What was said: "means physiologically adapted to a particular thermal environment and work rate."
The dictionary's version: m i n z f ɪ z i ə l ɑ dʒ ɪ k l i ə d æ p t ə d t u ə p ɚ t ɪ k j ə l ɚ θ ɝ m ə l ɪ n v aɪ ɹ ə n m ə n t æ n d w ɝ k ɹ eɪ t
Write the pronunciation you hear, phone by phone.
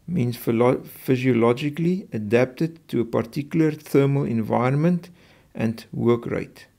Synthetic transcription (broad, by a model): m i n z f ɪ z i ə l ɑ dʒ ɪ k l i ə d æ p t ə d t u ə p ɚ t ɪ k j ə l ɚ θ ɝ m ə l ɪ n v aɪ ə n m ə n t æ n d w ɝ k ɹ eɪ t